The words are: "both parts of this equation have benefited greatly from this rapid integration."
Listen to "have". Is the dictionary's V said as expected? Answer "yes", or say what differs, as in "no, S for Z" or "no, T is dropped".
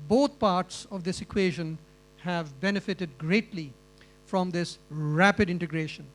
yes